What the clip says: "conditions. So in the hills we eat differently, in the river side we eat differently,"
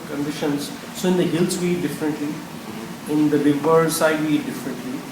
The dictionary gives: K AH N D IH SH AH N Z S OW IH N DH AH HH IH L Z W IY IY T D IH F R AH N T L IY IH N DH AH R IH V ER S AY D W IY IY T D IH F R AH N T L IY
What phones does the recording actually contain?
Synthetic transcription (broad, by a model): K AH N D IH SH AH N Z S OW IH N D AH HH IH L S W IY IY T D IH F R AH N T L IY IH N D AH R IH B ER S AY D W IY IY D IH F R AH N T L IY